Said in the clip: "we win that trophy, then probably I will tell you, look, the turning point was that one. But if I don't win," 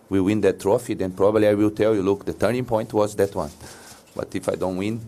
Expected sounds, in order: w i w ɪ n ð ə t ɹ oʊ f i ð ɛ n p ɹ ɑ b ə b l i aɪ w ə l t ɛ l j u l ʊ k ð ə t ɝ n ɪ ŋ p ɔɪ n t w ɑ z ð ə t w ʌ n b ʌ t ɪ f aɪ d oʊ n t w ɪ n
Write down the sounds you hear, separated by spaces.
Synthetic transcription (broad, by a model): w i w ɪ n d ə t ɹ oʊ f i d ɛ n p ɹ ɑ b ə b l i aɪ w ə l t ɛ l j u l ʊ k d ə t ɝ n ɪ ŋ p ɔɪ n t w ɑ z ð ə t w ʌ n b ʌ t ɪ f aɪ d oʊ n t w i n